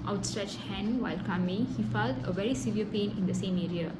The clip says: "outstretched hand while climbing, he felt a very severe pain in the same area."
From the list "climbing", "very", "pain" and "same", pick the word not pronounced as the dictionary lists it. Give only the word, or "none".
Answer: climbing